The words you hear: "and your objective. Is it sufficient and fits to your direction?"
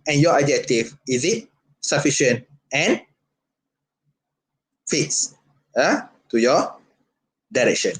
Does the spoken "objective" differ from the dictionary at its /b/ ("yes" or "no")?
yes